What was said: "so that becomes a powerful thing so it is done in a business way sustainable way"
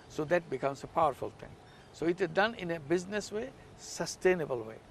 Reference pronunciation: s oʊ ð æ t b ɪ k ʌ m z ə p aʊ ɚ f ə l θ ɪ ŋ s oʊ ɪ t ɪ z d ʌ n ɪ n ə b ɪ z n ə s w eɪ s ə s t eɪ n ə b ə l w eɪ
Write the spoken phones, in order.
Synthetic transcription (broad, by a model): s oʊ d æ t b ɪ k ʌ m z ə p aʊ ɚ f ə l t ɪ ŋ s oʊ ɪ t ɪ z d ʌ n ɪ n ə b ɪ z n ə s w eɪ s ə s t eɪ n ə b ə l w eɪ